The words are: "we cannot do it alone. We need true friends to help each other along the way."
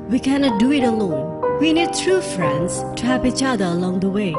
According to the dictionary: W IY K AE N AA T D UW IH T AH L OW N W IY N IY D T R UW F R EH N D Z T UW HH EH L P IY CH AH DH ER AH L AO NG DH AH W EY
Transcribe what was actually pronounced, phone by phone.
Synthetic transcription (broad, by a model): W IY K AE N AA T D UW IH T AH L OW N W IY N IY D T R UW F R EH N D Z T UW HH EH P IY CH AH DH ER AH L AO NG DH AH W EY